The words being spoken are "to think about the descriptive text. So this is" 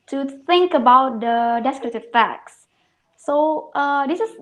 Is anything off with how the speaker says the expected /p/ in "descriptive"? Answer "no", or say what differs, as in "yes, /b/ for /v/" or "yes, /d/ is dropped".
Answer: yes, /p/ is dropped